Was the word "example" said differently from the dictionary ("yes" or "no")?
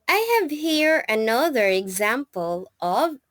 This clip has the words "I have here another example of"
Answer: no